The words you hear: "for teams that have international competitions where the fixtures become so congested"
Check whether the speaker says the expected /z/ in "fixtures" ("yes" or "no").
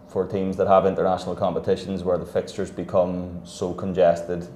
yes